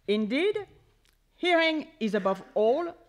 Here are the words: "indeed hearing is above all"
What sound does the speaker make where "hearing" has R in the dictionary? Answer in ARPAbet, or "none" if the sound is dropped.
R